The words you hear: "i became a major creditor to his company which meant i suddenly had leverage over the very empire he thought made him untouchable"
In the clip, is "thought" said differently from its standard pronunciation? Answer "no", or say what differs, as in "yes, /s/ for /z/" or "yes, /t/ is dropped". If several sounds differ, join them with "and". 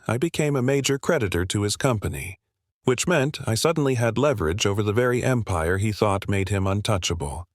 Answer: no